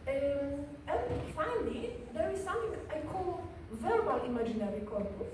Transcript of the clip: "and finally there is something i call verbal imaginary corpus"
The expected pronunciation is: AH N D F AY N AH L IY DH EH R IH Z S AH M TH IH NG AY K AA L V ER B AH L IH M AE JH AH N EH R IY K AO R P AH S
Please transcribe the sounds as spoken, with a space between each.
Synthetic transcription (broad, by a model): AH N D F AY N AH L IY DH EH R IH Z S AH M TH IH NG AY K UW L V ER B AH L IH M AE JH AH N EH R IY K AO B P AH